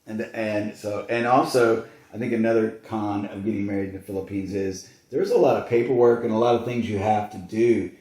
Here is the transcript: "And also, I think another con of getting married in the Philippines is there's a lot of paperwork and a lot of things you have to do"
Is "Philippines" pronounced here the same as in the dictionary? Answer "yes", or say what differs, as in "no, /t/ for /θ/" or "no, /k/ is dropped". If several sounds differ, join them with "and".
yes